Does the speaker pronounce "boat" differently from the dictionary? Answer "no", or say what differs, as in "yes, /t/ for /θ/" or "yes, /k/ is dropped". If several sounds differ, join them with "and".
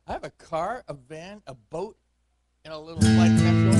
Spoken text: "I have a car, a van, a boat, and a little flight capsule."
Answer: no